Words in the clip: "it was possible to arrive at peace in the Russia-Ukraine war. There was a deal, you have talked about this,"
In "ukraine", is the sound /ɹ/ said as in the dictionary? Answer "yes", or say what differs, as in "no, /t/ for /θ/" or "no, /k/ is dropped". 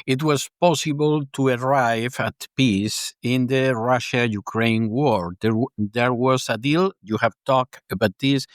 yes